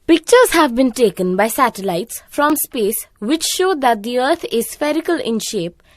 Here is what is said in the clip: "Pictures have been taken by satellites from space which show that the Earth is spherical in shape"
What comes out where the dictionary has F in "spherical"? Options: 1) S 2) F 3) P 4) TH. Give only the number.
2